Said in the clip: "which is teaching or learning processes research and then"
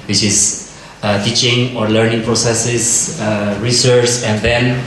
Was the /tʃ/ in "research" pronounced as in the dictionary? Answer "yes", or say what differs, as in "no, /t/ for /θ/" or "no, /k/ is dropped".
no, /s/ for /tʃ/